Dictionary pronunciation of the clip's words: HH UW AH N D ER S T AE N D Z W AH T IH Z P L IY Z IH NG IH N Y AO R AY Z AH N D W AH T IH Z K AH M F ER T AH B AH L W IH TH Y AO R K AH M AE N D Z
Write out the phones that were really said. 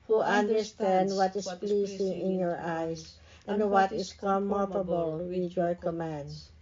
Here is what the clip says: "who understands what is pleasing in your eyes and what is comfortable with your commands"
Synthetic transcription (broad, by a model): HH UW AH N D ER S T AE N D W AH T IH S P L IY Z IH NG IH N Y AO R AY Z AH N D W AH T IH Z K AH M ER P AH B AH L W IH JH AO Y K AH M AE N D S